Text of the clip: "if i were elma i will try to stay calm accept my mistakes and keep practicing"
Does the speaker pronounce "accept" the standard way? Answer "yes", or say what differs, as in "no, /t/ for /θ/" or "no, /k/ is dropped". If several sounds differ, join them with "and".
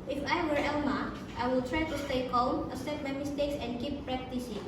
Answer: no, /k/ is dropped